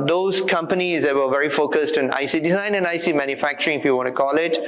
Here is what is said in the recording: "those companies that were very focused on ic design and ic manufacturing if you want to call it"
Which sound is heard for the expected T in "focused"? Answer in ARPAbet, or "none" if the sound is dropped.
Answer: T